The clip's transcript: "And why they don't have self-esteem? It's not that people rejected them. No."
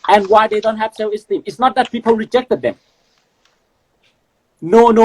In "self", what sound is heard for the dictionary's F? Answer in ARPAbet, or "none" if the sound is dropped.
none